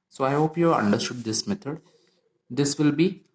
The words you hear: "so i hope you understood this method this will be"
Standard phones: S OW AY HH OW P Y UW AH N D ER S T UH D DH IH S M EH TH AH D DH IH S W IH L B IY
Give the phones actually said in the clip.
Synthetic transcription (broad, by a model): S OW AY HH OW P Y UW AH N D ER S T UH D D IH S M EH T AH D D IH S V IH L B IY